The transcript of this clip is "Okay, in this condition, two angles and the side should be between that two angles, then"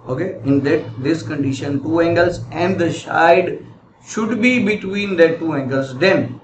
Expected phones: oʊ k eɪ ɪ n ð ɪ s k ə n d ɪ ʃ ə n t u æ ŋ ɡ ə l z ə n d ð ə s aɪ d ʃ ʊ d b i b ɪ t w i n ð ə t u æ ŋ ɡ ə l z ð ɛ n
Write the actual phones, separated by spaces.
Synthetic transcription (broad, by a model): oʊ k eɪ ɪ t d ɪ s k ə n d ɪ ʃ ə n t u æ ŋ ɡ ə l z ə n d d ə ʃ aɪ d ʃ ʊ d b i b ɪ t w i n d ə t u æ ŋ ɡ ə l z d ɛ n